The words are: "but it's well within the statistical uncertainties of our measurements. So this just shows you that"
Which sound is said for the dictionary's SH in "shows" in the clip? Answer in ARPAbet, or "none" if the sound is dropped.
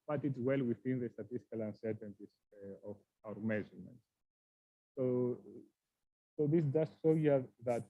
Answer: S